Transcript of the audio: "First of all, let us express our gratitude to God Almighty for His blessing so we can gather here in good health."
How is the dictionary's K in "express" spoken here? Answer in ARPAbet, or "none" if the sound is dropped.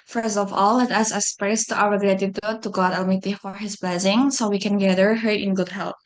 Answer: none